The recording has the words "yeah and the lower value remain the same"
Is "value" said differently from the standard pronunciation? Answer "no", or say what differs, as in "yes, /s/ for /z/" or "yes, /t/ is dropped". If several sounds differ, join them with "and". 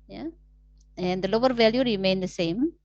no